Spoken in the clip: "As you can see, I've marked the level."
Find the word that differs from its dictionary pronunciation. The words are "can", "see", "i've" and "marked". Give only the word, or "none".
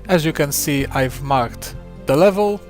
none